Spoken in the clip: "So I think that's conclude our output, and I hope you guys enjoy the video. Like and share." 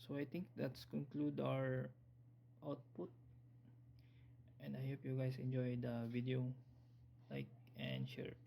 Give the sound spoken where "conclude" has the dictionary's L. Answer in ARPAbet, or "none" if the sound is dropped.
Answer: L